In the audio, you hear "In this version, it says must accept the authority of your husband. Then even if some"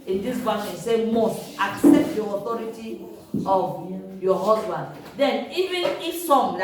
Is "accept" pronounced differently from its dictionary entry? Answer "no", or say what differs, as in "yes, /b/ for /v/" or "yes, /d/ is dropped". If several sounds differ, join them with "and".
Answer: no